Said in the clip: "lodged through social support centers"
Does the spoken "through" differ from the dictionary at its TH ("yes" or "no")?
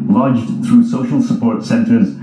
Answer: no